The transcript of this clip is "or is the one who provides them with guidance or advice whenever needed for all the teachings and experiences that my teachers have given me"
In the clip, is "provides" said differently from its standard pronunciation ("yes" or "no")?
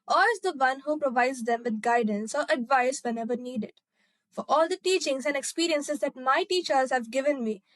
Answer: no